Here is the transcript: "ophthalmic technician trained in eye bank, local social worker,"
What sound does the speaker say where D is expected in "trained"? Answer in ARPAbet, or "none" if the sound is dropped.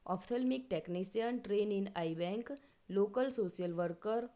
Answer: none